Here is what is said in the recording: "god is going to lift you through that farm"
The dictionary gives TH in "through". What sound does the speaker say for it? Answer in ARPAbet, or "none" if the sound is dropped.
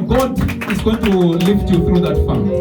T